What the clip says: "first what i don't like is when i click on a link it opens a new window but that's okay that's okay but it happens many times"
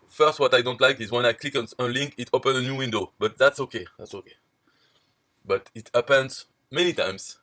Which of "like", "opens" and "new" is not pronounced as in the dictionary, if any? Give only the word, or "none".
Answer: opens